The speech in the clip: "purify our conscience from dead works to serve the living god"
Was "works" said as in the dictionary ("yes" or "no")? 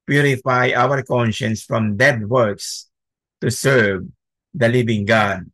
yes